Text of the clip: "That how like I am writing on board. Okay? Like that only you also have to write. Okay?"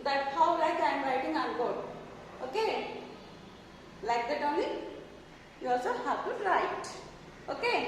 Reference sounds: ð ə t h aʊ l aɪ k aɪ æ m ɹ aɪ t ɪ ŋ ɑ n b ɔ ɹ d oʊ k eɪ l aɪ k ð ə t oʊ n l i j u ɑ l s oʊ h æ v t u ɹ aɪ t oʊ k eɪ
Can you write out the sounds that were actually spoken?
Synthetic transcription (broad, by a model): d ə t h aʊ l aɪ k aɪ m ɹ aɪ t ɪ ŋ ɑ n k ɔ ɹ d oʊ k eɪ l aɪ k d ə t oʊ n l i j u ɑ l s oʊ h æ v t u ɹ aɪ t oʊ k eɪ